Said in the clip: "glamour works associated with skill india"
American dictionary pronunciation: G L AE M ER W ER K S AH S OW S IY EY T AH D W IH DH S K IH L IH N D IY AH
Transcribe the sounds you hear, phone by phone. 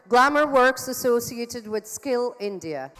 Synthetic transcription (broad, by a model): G L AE M ER W ER K S AH S OW S IY EY T AH D W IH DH S K IH L IH N D IY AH